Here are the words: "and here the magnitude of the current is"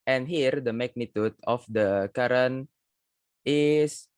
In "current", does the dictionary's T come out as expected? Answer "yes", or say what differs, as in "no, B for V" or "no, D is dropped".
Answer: no, T is dropped